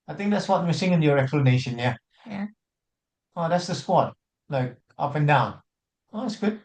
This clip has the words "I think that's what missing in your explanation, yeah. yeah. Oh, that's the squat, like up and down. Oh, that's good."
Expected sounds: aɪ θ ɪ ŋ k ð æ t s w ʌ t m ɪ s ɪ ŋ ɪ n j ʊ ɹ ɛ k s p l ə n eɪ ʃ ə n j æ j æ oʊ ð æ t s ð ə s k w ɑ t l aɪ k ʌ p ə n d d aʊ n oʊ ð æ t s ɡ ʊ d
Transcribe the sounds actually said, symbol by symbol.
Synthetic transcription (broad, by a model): aɪ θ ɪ ŋ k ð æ t s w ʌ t m ɪ s ɪ ŋ ɪ n j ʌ ɹ ɛ k s p l ə n eɪ ʃ ə n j j æ oʊ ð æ t s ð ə s k w ɑ t l aɪ k ʌ p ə n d d aʊ n oʊ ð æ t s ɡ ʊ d